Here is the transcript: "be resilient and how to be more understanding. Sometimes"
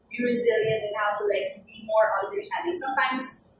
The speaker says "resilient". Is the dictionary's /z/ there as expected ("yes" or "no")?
yes